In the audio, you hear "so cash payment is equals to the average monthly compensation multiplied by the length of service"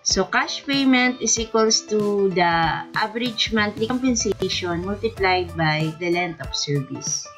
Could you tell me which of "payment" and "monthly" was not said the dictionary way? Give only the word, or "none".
monthly